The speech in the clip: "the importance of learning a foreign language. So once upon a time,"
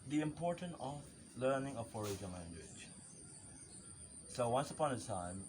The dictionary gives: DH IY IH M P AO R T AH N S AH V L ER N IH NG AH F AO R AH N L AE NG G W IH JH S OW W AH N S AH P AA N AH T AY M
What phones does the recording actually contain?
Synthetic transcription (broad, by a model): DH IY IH M P AO R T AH N AH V L ER N IH NG AH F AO R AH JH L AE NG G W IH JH S OW W AH N S AH P AA N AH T AY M